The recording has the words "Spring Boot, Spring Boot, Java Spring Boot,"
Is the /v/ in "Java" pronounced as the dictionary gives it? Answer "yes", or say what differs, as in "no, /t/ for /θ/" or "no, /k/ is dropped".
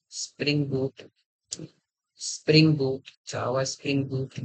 no, /w/ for /v/